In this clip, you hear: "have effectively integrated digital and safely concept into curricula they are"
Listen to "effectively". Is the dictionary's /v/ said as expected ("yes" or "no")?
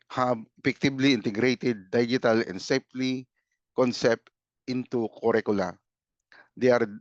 no